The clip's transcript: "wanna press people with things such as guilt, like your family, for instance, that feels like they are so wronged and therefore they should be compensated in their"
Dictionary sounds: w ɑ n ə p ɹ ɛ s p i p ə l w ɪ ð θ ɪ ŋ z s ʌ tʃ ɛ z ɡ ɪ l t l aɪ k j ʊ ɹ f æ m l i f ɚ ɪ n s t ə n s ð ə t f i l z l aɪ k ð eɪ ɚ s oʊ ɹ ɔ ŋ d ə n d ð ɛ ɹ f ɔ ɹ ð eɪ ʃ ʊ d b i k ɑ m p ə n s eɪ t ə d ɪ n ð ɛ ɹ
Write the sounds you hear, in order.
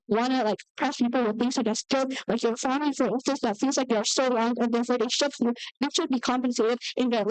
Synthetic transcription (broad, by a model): w ɑ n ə p ɹ ɛ s p i p l w ɪ ð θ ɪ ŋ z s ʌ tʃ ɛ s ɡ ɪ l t l aɪ k j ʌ ɹ f æ m l i f ɚ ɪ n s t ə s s ð ə t f i l z l aɪ k ð eɪ ɚ s oʊ l ɔ ŋ ə n ð ɛ ɹ f ɔ ɹ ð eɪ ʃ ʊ d b i k ɑ m p ə n s eɪ t ə d ɪ n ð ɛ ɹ